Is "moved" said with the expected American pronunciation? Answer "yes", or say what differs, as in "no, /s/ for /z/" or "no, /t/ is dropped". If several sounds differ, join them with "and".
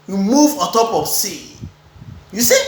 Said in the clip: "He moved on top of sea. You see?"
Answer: no, /d/ is dropped